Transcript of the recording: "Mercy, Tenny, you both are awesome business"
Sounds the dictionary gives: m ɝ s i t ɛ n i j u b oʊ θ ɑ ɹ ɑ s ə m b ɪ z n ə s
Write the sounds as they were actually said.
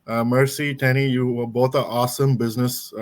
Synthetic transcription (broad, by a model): m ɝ s i t ɛ n i j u b oʊ t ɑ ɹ ɑ s ə m b ɪ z n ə s